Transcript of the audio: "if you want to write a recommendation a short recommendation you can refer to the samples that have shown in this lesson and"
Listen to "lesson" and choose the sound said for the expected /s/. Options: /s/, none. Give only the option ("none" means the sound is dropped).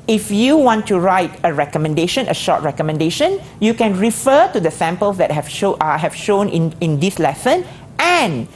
/s/